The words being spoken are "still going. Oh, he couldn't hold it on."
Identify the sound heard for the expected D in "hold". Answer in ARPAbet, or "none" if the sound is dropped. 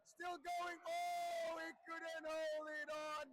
none